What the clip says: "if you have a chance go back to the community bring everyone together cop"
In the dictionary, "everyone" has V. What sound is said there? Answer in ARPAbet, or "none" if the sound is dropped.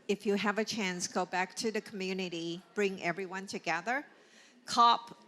V